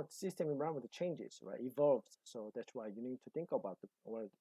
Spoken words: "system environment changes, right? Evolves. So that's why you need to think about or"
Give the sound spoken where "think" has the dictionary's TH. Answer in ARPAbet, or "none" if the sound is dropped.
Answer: TH